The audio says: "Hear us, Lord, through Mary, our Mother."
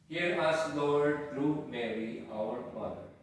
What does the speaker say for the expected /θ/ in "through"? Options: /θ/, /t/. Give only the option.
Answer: /t/